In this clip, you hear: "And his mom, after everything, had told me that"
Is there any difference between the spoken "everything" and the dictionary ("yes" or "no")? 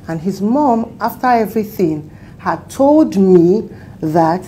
no